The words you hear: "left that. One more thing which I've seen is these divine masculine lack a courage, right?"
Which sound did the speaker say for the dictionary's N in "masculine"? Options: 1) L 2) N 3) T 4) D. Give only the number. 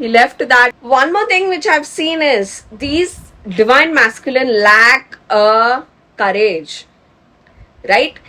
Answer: 2